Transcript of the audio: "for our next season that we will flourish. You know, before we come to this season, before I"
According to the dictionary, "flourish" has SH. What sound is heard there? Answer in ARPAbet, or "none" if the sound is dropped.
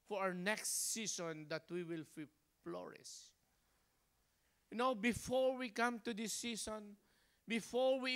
S